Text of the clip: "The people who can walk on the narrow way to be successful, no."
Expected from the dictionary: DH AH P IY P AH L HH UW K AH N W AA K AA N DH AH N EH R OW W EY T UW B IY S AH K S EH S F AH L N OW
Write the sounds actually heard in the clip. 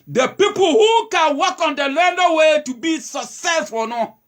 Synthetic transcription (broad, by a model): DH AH P IY P AH L HH UW K AH N W AA K AA N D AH L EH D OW W EY T UW B IY S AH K S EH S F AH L N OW